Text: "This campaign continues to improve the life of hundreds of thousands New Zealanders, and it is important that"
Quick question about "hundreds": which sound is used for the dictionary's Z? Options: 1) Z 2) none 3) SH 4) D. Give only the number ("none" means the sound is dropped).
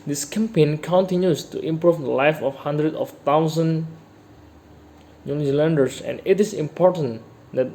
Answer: 2